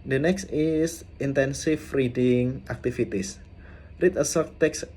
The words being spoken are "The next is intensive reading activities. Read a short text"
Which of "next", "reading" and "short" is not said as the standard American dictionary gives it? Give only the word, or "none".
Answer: short